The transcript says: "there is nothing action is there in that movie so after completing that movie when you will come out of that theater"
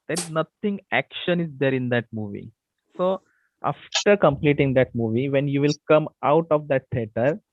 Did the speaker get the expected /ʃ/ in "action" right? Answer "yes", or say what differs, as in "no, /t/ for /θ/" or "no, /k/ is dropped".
yes